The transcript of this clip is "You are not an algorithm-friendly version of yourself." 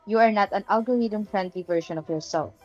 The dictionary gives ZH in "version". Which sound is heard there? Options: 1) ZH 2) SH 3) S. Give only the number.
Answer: 2